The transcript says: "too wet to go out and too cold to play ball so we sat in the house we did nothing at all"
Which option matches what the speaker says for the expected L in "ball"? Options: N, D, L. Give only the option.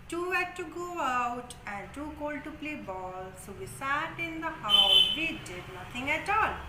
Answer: L